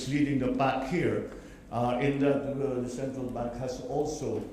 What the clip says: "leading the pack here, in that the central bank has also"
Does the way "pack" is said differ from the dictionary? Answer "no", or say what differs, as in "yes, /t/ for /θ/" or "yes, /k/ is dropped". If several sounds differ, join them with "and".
yes, /b/ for /p/